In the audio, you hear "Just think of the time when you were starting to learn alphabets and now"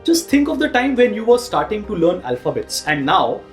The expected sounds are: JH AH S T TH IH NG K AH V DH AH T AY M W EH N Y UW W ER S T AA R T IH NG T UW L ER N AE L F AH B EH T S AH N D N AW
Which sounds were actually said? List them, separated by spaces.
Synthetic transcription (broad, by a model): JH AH S T T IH NG K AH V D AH T AY M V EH N Y UW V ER S T AA R T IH NG T UW L ER N AE L F AH B EH T S AH N D N AW